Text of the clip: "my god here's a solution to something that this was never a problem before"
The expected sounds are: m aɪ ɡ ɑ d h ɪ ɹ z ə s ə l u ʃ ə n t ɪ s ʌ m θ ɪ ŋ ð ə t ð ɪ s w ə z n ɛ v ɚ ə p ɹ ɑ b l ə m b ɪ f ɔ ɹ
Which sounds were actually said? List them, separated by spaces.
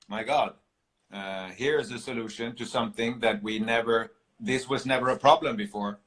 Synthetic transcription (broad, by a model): m aɪ ɡ ɑ d h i ɹ z ə s ə l u ʃ ə n t ɪ s ʌ m θ ɪ ŋ ð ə t ð ɪ s w ə z n ɛ v ɚ ə p ɹ ɑ b l ə m b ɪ f ɔ ɹ